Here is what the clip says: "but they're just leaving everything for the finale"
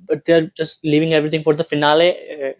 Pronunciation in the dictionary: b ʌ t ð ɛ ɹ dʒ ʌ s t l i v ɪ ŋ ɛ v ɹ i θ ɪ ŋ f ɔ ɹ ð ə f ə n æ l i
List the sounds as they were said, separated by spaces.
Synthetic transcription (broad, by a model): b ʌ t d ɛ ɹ dʒ ʌ s t l i v ɪ ŋ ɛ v ɹ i t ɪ ŋ f ɔ ɹ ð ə f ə n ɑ l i